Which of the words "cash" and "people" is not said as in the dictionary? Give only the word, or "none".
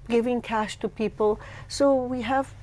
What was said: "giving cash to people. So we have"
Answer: none